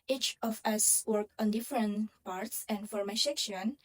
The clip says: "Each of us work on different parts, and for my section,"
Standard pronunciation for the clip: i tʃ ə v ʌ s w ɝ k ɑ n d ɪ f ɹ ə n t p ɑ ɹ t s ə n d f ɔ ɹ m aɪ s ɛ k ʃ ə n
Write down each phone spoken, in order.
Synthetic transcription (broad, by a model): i tʃ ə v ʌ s w ɝ k ɑ n d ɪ f ɹ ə n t p ɑ ɹ t s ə n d f ɔ ɹ m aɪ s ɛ k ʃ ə n